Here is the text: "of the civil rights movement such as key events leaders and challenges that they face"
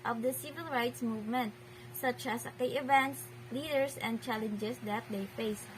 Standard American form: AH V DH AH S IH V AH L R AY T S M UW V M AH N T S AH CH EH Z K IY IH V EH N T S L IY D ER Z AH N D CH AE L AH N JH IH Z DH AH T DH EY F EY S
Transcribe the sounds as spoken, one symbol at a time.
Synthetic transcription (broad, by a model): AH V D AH S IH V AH L R AY T S M UW V M AH N T S AH CH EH S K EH IH V EH N T S L IY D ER S AH N D CH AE L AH N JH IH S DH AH T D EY F EY S